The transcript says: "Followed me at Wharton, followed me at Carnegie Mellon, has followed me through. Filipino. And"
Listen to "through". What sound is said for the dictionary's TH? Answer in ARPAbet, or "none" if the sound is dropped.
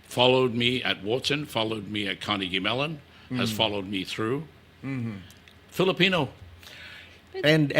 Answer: TH